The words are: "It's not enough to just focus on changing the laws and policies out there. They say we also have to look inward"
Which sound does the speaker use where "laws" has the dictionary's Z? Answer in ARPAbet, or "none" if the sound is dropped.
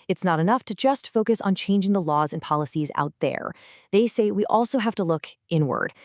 Z